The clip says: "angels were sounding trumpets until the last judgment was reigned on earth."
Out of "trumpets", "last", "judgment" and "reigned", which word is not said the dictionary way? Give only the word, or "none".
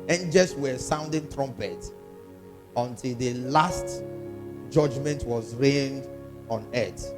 trumpets